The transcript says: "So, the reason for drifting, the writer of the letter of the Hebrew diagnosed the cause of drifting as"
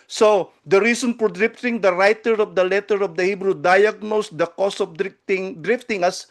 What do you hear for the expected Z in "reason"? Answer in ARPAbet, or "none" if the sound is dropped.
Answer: S